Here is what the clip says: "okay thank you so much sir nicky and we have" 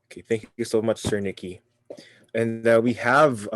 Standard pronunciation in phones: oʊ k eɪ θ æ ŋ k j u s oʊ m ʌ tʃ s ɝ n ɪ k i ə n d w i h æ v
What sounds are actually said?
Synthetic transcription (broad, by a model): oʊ k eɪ θ æ ŋ k j u s oʊ m ʌ tʃ s ɝ n ɪ k i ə n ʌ w i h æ v